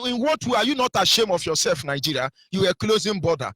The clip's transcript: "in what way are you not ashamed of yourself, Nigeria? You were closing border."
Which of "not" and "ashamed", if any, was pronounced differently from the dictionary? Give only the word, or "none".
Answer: ashamed